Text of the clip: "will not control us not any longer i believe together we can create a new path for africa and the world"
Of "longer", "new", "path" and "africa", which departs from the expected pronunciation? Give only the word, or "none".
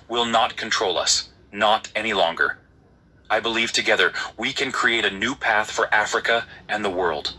none